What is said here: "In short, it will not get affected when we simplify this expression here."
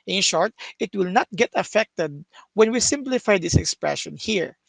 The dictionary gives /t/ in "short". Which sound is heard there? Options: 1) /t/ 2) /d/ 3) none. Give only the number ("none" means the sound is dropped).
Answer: 1